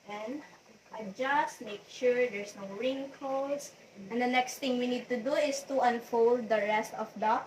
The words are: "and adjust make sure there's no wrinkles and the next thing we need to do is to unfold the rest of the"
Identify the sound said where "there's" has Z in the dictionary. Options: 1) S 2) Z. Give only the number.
1